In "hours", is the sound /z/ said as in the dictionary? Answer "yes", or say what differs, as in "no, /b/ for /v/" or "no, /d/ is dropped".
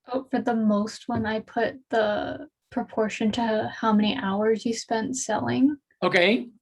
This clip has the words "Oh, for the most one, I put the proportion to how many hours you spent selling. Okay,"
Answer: yes